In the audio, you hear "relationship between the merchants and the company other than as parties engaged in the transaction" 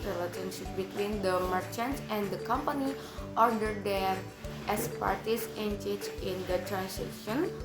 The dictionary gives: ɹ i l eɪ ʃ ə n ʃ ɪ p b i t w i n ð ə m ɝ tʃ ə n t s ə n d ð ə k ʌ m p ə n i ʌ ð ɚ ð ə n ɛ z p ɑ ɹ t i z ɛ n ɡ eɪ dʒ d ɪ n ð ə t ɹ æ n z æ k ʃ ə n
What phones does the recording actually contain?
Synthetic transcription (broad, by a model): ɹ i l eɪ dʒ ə n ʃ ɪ p b i t w i n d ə m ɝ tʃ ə n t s ə n d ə k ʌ m p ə n i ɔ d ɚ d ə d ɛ s p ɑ ɹ t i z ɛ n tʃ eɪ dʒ ɪ n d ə t ɹ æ n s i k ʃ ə n